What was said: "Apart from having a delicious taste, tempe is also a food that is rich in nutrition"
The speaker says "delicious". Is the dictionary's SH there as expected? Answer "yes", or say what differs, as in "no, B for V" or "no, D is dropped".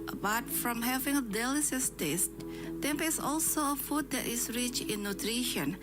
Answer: no, S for SH